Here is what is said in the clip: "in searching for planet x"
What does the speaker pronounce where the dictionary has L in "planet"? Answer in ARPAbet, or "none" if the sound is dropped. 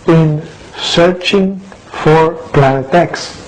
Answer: L